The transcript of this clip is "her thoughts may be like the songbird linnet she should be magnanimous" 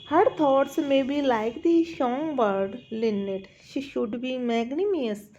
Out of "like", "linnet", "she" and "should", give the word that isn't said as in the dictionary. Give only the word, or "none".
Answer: none